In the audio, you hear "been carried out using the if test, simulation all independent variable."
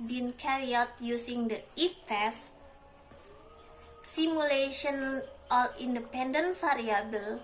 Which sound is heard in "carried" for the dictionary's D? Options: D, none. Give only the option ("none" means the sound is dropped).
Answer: none